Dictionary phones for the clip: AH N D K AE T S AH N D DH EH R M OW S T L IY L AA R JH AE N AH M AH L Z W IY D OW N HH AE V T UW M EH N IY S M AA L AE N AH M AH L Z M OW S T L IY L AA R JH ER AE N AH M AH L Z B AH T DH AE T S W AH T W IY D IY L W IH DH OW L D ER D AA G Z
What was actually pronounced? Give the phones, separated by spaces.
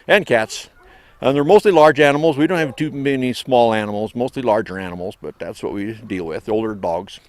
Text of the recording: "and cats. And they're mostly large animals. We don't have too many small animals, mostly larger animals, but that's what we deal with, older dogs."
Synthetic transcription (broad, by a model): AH N K AE T S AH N DH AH R M OW S T L IY L AA R JH AE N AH M L Z W IY D OW N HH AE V T UW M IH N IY S M AA L AE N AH M L Z M OW S T L IY L AA R JH ER AE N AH M L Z B AH T DH AE T S W AH T W IY D IY L W IH DH OW L D ER D AA G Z